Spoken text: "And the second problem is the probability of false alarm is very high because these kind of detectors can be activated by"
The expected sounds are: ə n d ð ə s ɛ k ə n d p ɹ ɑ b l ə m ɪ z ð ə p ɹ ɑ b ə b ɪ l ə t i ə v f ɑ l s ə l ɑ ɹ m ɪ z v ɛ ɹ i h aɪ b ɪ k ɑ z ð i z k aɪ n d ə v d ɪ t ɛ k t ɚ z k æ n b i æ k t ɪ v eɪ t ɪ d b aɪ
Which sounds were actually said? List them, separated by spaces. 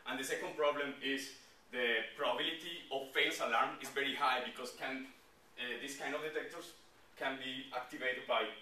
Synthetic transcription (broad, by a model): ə n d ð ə s ɛ k ə n d p ɹ ɑ b l ə m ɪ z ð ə p ɹ ɑ b ə b ɪ l ə t i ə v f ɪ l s ə l ɑ ɹ m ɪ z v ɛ ɹ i h aɪ b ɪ k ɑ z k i s k aɪ n d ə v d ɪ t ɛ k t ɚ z k æ n b i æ k t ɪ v eɪ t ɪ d b aɪ